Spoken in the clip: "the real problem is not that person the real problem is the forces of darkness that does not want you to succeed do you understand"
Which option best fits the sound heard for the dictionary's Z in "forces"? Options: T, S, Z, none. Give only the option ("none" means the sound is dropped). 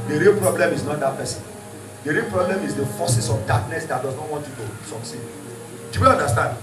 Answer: S